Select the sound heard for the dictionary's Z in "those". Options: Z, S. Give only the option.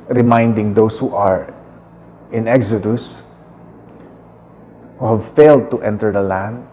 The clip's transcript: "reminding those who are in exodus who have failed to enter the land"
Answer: S